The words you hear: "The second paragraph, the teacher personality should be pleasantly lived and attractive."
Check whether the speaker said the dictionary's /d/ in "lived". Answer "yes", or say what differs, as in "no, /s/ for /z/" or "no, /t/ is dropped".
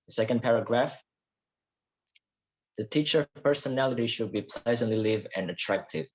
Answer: no, /d/ is dropped